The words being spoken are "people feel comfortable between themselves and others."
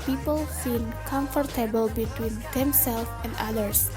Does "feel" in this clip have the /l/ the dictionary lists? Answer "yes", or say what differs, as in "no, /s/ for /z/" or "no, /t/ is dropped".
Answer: no, /n/ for /l/